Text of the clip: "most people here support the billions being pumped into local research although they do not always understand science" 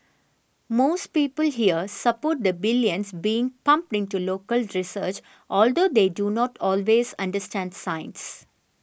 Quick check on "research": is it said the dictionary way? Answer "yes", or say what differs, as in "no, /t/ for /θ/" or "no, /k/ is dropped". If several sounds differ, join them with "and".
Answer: yes